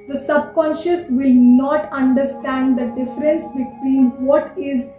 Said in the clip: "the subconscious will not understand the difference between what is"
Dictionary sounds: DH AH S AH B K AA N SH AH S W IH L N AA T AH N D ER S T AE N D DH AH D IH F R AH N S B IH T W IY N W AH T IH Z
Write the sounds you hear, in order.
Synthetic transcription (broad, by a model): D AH S AH B K AA N SH AH S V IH L N AA T AH N D ER S T AE N D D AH D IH F R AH N S B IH T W IY N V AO T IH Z